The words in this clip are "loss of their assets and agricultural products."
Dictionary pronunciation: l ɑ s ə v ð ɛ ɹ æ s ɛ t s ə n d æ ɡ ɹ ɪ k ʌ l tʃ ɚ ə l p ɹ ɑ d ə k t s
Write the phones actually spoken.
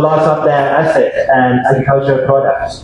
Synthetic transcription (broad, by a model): l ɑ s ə p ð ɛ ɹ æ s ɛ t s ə n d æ ɡ ɹ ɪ k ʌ l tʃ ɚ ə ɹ p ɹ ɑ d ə k t s